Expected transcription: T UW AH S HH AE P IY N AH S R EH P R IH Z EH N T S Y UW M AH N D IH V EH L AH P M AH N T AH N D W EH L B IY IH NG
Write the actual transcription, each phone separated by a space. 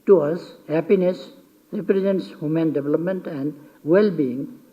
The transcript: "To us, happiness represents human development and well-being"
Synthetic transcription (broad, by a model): T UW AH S HH AE P IY N AH S R EH P R IH Z EH N T S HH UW M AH N D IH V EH L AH P M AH N T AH N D W EH L B IY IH NG